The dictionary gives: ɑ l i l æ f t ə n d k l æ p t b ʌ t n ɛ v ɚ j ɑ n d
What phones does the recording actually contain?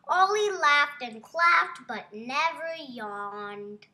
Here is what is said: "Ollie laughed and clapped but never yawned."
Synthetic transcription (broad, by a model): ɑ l i l æ f t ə n k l æ f t b ʌ t n ɛ v ɚ j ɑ n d